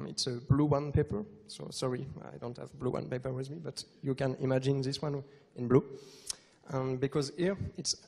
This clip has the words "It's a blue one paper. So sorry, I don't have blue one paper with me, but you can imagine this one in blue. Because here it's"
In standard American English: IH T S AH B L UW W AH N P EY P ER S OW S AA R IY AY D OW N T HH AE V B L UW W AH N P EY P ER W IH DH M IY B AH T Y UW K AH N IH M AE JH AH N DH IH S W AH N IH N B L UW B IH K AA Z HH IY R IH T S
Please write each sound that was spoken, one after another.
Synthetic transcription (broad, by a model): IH T S AH B L UW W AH N P EY P ER S OW S AA R IY AY D OW N T HH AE V B L UW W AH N P EY P ER W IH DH M IY B AH T Y UW K AH N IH M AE JH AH N DH IH S W AH N IH N B L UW B IH K AA Z HH IY R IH T S